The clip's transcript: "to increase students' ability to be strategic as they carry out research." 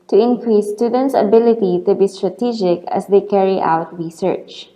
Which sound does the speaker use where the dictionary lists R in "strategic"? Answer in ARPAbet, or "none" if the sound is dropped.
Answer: R